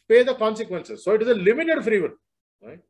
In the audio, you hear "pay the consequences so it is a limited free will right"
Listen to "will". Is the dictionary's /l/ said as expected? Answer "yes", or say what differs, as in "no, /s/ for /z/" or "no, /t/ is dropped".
no, /n/ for /l/